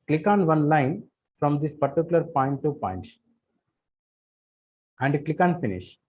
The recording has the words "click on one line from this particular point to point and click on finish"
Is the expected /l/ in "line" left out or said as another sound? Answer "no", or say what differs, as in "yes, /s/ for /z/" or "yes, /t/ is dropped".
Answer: no